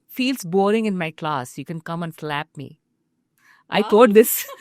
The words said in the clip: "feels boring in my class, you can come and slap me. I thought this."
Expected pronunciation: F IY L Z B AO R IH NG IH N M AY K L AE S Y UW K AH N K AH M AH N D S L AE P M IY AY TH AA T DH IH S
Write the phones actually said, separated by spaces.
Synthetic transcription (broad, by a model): F IY L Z B AO R IH NG IH N M AY K L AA S Y UW K AH N K AH M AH N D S L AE P M IY AY T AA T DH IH S